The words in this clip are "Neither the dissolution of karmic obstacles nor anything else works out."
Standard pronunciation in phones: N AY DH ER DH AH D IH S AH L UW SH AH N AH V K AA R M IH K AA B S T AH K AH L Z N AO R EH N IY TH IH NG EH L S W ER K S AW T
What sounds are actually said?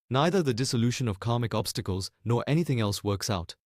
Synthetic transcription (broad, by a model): N AY DH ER DH AH D IH S AH L UW SH AH N AH V K AA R M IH K AA B S T AH K AH L Z N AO R EH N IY TH IH NG EH L S W ER K S AW T